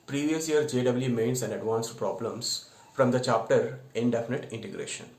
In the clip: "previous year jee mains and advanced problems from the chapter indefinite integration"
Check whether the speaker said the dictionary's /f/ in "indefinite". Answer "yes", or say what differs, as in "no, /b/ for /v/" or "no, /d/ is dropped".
yes